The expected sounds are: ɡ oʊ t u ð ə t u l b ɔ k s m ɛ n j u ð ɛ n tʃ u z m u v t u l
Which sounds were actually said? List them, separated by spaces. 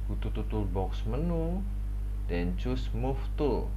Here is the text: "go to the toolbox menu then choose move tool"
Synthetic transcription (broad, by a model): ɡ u t u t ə t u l b ɔ k s m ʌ n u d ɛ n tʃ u s m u f t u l